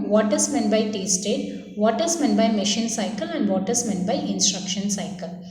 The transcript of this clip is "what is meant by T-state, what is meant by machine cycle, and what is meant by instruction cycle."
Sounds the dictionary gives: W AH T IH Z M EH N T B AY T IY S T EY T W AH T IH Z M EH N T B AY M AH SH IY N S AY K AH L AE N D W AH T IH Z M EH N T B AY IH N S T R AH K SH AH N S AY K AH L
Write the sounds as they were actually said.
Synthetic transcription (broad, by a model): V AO T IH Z M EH N B AY T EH S T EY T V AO T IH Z M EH N B AY M AH SH IY N S AY K AH L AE N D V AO T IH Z M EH N B AY IH N S T R AH K SH AH N S AY K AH L